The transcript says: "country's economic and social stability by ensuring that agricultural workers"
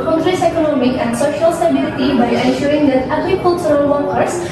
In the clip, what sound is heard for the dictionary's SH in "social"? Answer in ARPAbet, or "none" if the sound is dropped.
SH